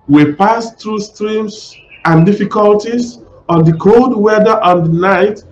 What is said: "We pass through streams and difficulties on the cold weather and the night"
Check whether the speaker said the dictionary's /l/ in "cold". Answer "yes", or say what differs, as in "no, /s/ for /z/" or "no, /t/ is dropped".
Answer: yes